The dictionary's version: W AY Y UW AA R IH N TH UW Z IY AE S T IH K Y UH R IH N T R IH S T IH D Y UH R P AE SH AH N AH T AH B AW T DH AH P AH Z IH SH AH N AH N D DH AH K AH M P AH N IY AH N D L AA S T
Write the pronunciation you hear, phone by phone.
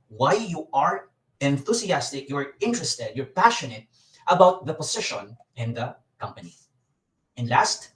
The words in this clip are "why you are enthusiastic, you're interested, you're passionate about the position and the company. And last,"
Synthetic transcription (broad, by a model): W AY Y UW AA R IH N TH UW S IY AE S T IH K Y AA R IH N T R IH S T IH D Y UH R P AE SH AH N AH T AH B AW T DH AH P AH S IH SH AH N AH N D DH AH K AH M P AH N IY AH N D L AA S T